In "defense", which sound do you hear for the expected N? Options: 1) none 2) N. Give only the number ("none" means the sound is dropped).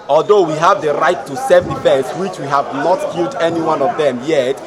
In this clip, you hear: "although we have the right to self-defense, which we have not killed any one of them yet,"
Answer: 1